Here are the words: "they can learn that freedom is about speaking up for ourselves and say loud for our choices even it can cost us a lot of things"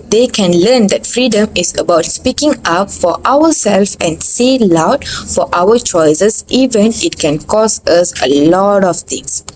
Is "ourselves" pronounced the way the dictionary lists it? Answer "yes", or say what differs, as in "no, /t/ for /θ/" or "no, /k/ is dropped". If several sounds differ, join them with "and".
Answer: no, /w/ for /ɹ/